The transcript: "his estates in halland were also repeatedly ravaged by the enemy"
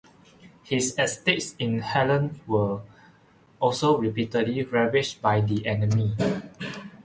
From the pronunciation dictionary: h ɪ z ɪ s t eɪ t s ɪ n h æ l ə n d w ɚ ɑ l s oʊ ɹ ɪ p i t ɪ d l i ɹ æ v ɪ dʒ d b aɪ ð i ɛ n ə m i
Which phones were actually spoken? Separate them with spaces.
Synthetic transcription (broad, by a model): h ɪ s ɪ s t eɪ t s ɪ n h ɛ l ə n w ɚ ɑ l s oʊ ɹ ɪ p i t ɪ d l i ɹ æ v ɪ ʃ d b aɪ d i ɛ n ə m i